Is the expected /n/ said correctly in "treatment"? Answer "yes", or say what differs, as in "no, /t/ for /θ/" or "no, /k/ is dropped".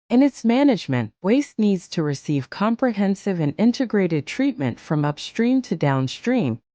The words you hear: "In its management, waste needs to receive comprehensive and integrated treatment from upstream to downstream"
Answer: yes